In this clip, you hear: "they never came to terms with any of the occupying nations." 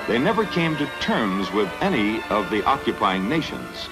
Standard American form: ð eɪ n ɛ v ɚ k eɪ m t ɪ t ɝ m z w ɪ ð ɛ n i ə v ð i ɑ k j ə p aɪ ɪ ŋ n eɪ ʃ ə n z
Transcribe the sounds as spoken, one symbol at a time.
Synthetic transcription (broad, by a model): ð eɪ n ɛ v ɚ k eɪ m t ɪ t ɝ m z w ɪ ð ɛ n i ə v ð i ɑ k j ə p aɪ ɪ ŋ n eɪ ʃ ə n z